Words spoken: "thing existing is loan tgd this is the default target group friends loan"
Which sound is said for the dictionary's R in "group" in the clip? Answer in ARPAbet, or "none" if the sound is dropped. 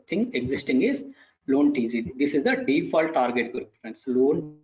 none